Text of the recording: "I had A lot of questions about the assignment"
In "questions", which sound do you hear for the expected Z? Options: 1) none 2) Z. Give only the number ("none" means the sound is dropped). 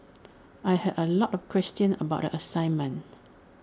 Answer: 1